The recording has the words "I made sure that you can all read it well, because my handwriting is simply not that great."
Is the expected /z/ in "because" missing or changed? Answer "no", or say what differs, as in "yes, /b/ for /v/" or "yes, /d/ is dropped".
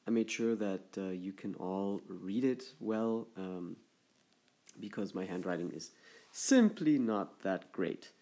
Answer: no